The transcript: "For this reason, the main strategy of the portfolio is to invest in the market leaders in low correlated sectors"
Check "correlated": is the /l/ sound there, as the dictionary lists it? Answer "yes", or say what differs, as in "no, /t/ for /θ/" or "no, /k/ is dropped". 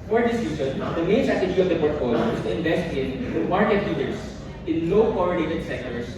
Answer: no, /n/ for /l/